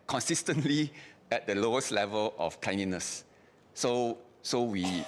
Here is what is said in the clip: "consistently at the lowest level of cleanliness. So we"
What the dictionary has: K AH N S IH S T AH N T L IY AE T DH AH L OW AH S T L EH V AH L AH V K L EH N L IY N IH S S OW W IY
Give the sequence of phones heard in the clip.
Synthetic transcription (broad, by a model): K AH N S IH S T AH N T L IY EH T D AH L OW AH S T L EH V AH L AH F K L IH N IY N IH S S OW W IY